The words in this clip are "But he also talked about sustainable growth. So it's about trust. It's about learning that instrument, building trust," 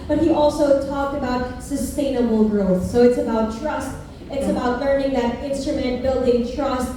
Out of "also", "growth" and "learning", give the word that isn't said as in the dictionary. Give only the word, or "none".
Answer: none